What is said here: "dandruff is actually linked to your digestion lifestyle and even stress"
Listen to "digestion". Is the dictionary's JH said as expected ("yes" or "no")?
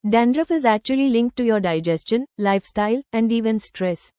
yes